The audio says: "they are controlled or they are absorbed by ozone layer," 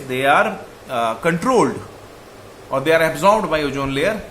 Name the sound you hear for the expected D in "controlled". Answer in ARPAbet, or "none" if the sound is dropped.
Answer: D